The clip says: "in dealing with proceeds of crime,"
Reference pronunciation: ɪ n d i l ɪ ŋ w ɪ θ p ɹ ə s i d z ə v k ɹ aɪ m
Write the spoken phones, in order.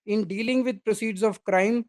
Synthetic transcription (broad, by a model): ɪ n d i l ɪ ŋ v ɪ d p ɹ ə s i d z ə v k ɹ aɪ m